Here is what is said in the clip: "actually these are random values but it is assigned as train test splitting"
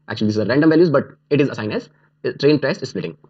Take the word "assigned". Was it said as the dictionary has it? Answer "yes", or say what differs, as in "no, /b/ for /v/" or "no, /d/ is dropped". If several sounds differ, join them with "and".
no, /d/ is dropped